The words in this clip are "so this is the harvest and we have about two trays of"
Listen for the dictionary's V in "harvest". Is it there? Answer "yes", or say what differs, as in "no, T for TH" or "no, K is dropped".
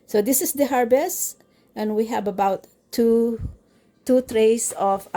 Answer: no, B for V